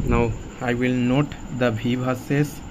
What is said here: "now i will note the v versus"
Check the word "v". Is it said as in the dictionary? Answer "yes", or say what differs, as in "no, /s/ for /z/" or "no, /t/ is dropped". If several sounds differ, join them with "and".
no, /b/ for /v/